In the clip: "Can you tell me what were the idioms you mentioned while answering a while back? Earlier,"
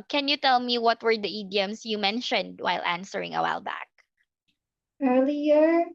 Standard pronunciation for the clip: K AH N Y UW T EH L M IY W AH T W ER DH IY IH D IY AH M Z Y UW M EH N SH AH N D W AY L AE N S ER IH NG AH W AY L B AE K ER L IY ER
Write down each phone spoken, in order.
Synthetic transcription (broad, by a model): K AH N Y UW T EH L M IY W AH T W ER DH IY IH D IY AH M S Y UW M EH N SH AH N D W AY L AE N S ER IH NG AH W AY L B AE K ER L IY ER